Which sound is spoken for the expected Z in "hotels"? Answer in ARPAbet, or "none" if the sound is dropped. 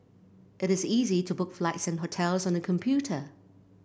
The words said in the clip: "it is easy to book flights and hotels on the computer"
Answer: Z